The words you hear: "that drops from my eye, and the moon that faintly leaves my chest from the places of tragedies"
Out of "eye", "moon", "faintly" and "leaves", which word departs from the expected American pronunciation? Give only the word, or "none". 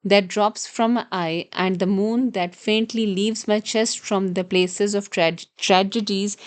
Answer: none